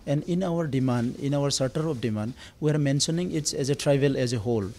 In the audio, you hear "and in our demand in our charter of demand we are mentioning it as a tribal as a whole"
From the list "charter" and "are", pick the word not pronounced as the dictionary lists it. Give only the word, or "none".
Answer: charter